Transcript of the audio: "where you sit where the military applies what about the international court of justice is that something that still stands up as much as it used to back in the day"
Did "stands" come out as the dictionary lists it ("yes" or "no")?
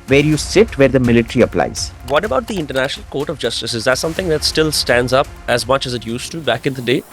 yes